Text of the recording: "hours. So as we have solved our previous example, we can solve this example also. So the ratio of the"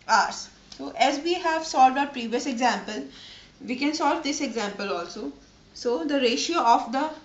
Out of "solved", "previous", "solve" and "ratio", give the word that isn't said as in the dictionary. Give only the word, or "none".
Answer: none